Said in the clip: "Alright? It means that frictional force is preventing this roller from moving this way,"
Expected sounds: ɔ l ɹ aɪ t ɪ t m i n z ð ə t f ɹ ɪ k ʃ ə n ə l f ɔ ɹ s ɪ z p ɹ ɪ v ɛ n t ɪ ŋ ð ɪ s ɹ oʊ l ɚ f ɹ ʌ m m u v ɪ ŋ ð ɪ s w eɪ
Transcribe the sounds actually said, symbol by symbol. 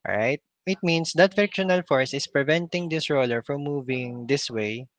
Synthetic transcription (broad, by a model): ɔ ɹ aɪ t ɪ t m i n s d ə t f ɪ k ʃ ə n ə l f ɔ ɹ s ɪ s p ɹ ɪ v ɛ n t ɪ ŋ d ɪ s ɹ oʊ l ɚ f ɹ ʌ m m u v ɪ ŋ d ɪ s w eɪ